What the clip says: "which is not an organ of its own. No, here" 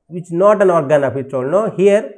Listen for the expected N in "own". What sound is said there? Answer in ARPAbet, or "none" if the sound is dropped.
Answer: L